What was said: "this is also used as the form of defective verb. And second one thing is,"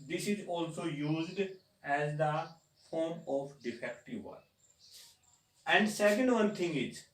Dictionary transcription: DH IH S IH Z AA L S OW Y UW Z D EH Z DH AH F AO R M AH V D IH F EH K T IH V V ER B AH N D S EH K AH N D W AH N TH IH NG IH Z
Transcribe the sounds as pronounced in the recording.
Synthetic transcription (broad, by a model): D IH S IH Z AA L S OW Y UW Z D EH Z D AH F AO R M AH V D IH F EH K T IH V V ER AH N D S EH K AH N D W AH N T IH NG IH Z